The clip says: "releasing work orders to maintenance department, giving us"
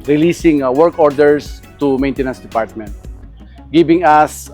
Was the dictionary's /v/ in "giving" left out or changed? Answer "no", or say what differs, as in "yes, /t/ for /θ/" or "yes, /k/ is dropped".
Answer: yes, /b/ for /v/